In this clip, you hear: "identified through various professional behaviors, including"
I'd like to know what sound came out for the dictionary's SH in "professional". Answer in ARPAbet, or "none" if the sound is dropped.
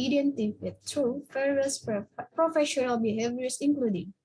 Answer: SH